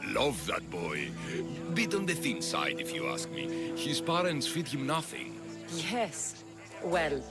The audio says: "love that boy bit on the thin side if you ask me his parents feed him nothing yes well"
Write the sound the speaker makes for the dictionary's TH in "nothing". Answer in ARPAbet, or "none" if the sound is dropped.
TH